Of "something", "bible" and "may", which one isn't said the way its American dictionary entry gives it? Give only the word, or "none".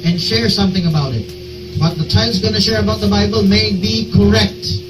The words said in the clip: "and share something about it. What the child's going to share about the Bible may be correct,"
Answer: none